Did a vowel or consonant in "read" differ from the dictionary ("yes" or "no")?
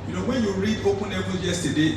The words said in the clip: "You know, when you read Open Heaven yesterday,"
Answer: no